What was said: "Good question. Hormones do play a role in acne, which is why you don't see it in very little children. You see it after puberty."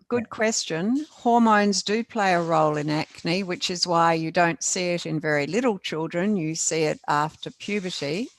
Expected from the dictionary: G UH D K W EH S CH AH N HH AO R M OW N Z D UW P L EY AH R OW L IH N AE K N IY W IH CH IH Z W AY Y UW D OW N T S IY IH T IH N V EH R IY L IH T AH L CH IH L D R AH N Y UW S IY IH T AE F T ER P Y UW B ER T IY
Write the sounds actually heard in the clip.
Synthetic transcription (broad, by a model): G UH D K W EH S CH AH N HH AO R M OW N Z D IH P L EY AH R OW L IH N AE K N IY W IH CH IH Z W AY Y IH D OW N T S IY IH T IH N V EH R IY L IH T L CH IH L D R AH N Y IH S IY IH T AE F T ER P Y UW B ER T IY